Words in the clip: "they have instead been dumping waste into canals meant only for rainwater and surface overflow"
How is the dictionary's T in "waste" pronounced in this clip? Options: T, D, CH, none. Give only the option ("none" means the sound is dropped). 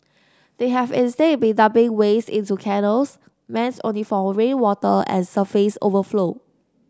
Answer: none